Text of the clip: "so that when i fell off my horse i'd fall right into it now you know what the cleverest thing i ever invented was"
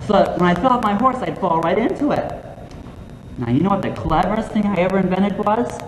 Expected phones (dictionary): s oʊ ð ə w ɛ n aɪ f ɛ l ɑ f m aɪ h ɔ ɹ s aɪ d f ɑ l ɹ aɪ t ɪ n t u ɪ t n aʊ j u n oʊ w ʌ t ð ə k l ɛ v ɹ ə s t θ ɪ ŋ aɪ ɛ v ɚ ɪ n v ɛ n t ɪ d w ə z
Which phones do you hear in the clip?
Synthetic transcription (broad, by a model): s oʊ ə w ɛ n aɪ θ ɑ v m aɪ h ɔ ɹ s aɪ d f ɑ l ɹ aɪ t ɪ n t u ɪ t n aʊ j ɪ n oʊ w ʌ t ð ə k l ɛ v ɹ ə s t θ ɪ ŋ aɪ ɛ v ɚ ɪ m v ɛ t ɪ d w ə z